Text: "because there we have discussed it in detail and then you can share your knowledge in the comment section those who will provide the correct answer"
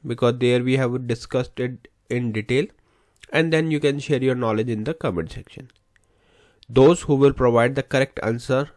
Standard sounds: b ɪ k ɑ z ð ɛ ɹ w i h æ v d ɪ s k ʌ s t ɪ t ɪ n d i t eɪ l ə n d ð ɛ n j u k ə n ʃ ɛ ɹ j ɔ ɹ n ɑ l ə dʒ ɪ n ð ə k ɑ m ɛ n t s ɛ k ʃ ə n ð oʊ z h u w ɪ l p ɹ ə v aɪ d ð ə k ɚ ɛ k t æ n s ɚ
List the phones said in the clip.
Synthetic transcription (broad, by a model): b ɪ k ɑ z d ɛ ɹ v i h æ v d ɪ s k ʌ s t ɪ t ɪ n d i t eɪ l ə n d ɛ n j u k ə n ʃ ɛ ɹ j ɔ ɹ n ɑ l ə dʒ ɪ n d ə k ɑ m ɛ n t s ɛ k ʃ ə n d oʊ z h u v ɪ l p ɹ ə v aɪ d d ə k ɚ ɛ k t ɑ n s ɚ